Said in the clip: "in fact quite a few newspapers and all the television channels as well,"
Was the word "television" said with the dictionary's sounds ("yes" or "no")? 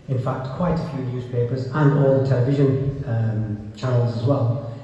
yes